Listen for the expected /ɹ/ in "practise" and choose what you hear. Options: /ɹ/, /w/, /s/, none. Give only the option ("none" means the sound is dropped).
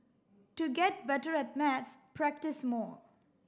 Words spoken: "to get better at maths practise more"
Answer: /ɹ/